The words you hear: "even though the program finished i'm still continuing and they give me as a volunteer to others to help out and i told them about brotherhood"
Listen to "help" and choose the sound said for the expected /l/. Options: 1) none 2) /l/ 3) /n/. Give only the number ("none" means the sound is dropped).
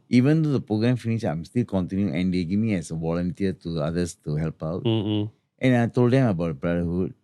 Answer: 2